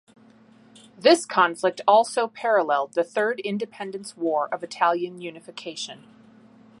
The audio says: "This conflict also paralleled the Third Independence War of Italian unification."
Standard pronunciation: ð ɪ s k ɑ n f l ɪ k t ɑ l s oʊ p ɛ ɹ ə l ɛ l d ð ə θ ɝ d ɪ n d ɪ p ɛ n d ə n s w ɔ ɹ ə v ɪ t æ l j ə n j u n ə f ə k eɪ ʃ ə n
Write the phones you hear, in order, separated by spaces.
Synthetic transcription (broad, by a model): ð ɪ s k ɑ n f l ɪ k t ɑ l s oʊ p ɛ ɹ ə l ɛ l d ð ə θ ɝ d ɪ n d ɪ p ɛ n d ə n s w ɔ ɹ ə v ɪ t æ l j ə n j u n ə f ə k eɪ ʃ ə n